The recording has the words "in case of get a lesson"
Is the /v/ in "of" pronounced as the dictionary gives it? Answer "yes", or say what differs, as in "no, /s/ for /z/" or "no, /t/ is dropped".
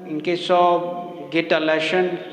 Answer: no, /b/ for /v/